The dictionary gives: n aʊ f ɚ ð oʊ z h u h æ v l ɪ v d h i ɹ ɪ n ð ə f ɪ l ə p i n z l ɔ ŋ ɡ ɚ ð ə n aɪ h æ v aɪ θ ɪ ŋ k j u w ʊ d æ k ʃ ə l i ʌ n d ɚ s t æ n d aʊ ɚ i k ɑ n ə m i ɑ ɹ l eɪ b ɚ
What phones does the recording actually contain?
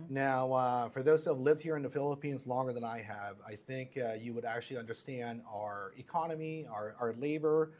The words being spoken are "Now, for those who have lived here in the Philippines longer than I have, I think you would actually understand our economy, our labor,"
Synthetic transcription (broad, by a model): n aʊ f ɚ ð oʊ z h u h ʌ v l ɪ v d h i ɹ ɪ n ð ə f ɪ l ə p i n z l ɔ ŋ ɡ ɚ ð ə n aɪ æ v aɪ θ ɪ ŋ k j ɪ w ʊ d æ k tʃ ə l i ʌ n d ɚ s t æ n d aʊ ɚ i k ɑ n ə m i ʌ ɹ l eɪ b ɚ